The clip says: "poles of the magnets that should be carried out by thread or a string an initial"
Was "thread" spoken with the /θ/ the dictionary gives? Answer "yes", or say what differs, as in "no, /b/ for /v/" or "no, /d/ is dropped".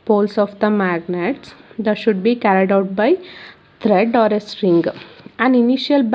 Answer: no, /t/ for /θ/